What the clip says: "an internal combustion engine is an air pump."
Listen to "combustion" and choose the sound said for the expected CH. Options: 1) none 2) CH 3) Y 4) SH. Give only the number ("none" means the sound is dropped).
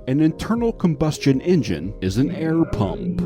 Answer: 2